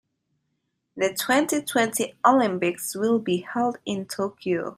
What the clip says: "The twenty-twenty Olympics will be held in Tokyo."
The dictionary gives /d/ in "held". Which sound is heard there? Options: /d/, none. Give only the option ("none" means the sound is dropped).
/d/